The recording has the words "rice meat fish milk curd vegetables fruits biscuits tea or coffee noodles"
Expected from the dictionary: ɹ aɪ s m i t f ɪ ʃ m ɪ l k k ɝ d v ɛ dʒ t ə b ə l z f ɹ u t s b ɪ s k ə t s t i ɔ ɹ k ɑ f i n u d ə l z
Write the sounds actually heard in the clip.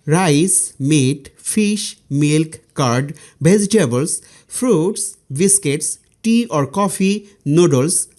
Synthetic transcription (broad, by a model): ɹ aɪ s m i t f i ʃ m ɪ l k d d b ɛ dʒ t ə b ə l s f ɹ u t s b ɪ s k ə t s t i ɔ ɹ k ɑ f i n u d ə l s